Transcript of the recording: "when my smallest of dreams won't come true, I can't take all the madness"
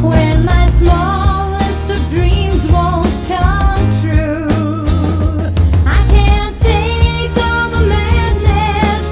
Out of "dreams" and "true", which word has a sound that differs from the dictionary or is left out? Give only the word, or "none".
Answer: none